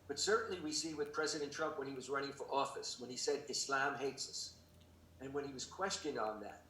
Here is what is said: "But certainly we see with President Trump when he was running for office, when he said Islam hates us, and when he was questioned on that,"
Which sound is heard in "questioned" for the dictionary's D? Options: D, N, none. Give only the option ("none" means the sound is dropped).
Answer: D